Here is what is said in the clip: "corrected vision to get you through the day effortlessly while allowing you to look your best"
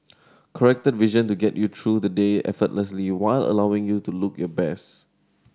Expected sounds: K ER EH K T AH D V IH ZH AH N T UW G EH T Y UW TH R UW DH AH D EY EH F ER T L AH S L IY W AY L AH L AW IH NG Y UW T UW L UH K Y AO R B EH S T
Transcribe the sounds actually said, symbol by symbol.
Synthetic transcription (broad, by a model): K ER EH K T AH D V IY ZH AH N T UW G EH T Y UW T R UW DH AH D EY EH F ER T L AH S L IY W AY L AH L AW IH NG Y UW T UW L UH K Y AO B EH S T